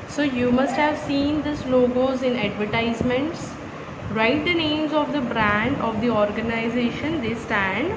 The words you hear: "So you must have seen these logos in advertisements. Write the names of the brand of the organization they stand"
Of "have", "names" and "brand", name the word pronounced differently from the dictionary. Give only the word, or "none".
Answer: none